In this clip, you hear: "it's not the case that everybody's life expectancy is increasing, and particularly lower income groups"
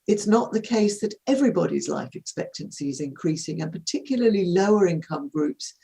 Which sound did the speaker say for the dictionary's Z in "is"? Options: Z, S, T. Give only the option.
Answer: Z